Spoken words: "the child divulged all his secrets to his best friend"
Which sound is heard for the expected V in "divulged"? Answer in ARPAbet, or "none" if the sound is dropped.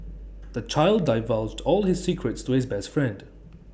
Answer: V